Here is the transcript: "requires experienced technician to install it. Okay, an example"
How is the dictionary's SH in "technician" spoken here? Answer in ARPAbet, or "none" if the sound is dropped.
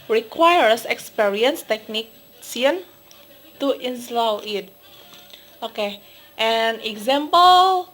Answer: S